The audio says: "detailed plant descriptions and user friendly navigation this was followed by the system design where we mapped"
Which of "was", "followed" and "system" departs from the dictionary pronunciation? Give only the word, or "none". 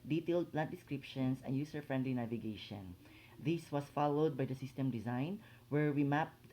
was